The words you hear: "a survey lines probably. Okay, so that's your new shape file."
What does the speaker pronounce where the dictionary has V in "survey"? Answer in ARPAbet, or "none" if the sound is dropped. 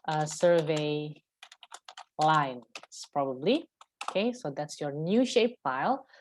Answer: V